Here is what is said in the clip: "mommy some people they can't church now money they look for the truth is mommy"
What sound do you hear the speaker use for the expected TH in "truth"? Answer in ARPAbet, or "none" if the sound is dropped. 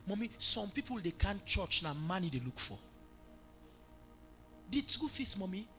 F